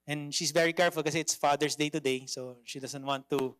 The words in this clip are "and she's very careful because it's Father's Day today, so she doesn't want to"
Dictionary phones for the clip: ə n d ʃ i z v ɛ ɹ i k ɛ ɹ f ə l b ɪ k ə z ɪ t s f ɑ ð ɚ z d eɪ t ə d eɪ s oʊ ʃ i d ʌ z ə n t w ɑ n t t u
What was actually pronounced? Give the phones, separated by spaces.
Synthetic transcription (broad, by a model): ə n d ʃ i s v ɛ ɹ i k ɛ ɹ f ə l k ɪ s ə ɪ t s f ɑ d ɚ s d eɪ t ə d eɪ s oʊ ʃ i d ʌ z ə n t w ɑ n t t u